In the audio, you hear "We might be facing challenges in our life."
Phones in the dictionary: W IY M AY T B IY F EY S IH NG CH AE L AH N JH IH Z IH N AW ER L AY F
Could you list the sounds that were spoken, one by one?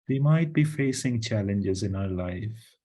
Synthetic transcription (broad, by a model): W IY M AY T B IY F EY S IH NG CH AE L AH N JH IH Z IH N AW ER L AY F